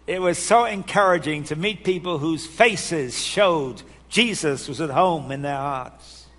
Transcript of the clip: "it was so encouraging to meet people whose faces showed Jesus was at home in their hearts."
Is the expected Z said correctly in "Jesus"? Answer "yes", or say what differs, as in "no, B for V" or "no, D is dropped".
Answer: yes